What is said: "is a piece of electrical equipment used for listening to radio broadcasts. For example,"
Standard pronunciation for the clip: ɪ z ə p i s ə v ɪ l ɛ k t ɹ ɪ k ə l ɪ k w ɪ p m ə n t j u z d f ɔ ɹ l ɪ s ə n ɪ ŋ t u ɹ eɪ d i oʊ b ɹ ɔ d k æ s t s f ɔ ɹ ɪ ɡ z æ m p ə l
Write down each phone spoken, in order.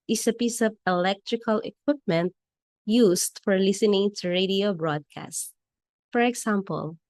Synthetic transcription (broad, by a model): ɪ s ə p i s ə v ɪ l ɛ k t ɹ ɪ k ə l ɪ k w ɪ p m ə n t j u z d f ɔ ɹ l ɪ s ə n ɪ ŋ t u ɹ eɪ d i oʊ b ɹ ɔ d k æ s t f ɔ ɹ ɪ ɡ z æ m p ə l